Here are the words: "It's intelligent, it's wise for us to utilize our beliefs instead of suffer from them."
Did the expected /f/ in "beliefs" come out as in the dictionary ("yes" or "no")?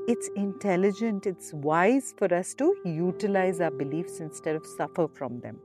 yes